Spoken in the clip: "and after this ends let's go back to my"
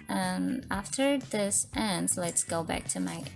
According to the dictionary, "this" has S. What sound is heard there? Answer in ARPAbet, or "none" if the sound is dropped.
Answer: S